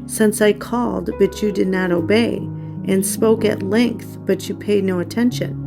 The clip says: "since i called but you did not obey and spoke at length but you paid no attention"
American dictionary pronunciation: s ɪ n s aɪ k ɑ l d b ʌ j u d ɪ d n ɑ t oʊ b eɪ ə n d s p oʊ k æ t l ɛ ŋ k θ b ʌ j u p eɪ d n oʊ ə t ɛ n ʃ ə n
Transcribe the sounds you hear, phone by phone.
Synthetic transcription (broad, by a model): s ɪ n s aɪ k ɑ l d b ʌ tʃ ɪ d ɪ d n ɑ t oʊ b eɪ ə n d s p oʊ k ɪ t l ɛ ŋ k θ b ʌ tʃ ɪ p eɪ d n oʊ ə t ɛ n ʃ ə n